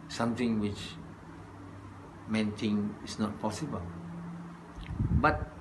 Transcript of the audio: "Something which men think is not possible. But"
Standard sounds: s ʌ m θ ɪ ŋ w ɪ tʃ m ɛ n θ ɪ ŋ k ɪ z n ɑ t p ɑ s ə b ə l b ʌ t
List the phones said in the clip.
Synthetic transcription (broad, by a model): s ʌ m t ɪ ŋ w ɪ tʃ m ɛ n t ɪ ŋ ɪ s n ɑ t p ɑ s ə b ə l b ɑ t